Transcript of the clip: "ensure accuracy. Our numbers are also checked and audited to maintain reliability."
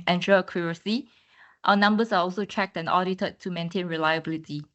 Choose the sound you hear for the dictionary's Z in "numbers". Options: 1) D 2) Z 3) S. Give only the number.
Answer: 3